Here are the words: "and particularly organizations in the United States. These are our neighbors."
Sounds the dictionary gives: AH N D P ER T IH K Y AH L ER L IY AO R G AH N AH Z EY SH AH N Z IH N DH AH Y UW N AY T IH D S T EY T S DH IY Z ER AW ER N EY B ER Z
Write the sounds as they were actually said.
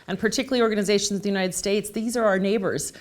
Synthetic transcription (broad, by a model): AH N P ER T IH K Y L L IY AO R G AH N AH Z EY SH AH N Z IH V DH AH Y UW N AY T IH D S T EY T S DH IY Z ER AW ER N EY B ER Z